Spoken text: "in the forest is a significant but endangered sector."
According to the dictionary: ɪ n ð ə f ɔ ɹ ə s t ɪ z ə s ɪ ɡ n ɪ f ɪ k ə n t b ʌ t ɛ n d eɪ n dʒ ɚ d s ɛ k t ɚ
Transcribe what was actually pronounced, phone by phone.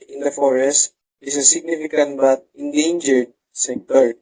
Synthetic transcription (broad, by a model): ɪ n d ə f ɔ ɹ ə s t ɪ s ə s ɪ ɡ n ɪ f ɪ k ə n t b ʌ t ɛ n d eɪ n dʒ ɚ d s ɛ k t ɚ